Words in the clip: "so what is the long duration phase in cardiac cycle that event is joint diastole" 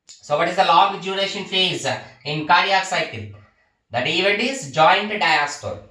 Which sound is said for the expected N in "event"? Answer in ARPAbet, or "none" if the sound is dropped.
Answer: none